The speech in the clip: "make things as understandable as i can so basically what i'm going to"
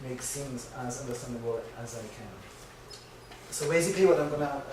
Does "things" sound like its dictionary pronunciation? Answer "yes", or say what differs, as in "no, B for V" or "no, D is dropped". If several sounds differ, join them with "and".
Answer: no, S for TH